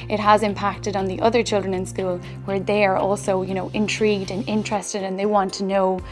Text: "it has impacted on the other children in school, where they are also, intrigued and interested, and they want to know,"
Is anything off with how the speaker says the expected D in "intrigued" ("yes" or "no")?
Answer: no